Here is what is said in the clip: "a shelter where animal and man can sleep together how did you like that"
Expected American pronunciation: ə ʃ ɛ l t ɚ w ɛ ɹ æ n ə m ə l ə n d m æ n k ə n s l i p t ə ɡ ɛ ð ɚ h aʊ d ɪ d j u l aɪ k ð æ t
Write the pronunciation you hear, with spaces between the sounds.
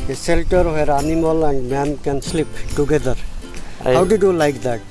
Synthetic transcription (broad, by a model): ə s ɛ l t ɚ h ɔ ɹ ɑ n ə m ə l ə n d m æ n k ə n s l i p t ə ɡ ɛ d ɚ h aʊ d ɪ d j u l aɪ k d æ t